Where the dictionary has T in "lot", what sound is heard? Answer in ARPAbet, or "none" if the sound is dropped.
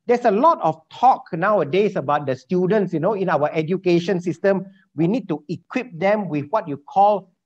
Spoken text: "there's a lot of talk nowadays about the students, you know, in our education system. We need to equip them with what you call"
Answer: T